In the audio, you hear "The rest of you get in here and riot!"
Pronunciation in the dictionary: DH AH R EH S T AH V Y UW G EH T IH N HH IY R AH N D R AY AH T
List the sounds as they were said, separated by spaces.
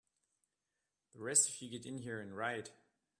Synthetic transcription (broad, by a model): DH AH R EH S T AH F Y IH G EH T IH N HH IY R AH N R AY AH T